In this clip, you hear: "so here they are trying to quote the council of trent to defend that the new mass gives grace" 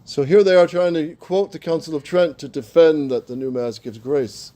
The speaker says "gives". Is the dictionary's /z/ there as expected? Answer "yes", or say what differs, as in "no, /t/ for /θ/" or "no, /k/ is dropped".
yes